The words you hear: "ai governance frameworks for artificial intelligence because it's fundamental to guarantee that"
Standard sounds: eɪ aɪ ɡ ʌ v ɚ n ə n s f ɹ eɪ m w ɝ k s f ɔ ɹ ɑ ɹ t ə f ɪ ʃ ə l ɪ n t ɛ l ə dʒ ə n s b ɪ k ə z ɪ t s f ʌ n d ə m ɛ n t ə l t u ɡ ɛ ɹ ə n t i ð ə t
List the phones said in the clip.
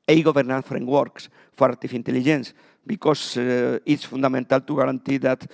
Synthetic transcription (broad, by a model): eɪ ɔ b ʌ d n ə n f ɹ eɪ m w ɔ k s f ɔ ɹ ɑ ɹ t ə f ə n t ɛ l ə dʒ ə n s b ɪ k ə s ɪ t s f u n d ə m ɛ n t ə l t u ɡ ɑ ɹ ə n t i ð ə t